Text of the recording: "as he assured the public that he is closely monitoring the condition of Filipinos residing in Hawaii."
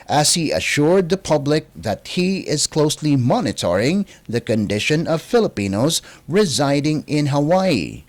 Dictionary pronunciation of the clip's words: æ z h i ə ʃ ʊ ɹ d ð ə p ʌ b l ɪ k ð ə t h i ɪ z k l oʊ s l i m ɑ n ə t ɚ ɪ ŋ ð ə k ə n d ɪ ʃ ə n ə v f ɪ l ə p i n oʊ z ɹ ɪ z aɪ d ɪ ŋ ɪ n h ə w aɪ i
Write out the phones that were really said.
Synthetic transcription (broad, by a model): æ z h i ə ʃ ʊ ɹ d ð ə p ʌ b l ɪ k ð ə t h i ɪ z k l oʊ s l i m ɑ n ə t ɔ ɪ ŋ ð ə k ə n d ɪ ʃ ə n ə v f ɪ l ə p i n oʊ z ɹ ɪ z aɪ d ɪ ŋ ɪ n h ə w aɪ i